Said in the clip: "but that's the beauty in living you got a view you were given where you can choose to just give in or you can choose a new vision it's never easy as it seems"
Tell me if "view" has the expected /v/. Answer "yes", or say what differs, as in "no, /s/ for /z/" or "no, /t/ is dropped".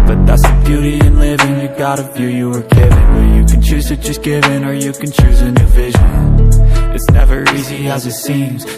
no, /f/ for /v/